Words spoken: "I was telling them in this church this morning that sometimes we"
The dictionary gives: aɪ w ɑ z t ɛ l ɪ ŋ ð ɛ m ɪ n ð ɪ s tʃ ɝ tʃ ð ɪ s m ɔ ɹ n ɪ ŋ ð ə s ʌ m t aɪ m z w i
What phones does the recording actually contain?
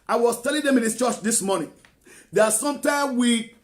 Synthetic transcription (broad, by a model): aɪ w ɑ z t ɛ l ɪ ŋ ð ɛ m ɪ n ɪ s tʃ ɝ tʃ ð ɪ s m ɔ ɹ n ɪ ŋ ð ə s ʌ m t aɪ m w i